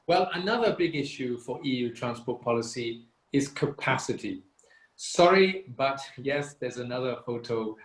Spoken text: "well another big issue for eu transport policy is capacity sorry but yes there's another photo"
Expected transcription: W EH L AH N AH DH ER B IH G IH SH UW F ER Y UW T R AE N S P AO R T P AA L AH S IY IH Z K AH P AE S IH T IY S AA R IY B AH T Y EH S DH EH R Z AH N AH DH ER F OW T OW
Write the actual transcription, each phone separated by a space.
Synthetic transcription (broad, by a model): W EH L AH N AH DH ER B IH G IH SH UW F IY Y UW T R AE N S P AO T P AA L AH S IY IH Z K AH P AE S IH T IY S AA R IY B AH T Y EH S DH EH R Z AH N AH DH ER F OW T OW